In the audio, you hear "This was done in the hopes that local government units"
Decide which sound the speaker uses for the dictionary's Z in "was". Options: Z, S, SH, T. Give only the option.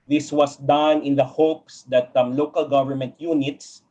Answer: S